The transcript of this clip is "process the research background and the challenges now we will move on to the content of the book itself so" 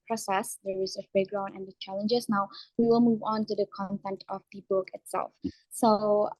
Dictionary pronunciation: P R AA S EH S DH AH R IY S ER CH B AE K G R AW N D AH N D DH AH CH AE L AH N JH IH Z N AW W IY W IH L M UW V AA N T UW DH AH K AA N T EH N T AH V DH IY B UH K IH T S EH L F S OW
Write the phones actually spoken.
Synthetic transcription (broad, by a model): P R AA S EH S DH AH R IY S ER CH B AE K G R AW N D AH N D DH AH CH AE L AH N JH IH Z N AW W IY W IH L M UW V AA N T UW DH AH K AA N T EH N T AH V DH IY B UH K IH T S EH L F S OW